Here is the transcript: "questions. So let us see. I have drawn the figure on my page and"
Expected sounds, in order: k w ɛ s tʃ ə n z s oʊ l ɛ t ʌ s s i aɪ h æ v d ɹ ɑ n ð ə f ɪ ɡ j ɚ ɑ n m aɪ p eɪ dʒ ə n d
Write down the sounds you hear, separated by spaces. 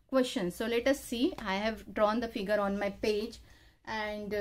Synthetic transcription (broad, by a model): k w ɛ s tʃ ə n s oʊ l ɛ t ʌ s s i aɪ h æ v d ɹ ɑ n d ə f ɪ ɡ j ɚ ɑ n m aɪ p eɪ dʒ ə n d